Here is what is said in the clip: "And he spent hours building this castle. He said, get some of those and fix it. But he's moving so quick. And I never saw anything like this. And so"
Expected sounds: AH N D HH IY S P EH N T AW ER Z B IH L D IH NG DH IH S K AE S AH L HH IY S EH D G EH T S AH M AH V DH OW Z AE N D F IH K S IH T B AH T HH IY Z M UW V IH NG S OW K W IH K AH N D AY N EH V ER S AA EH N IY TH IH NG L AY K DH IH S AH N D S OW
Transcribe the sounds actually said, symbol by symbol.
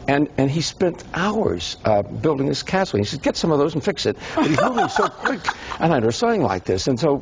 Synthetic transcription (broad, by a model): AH N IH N IY S P EH N T AW ER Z B IH L D IH NG DH IH S K AE S L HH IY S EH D G EH T S AH M AH V DH OW Z N F IH K S IH T B AH T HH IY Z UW IH S OW K W IH K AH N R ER S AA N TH IH NG L AY K DH IH S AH N S OW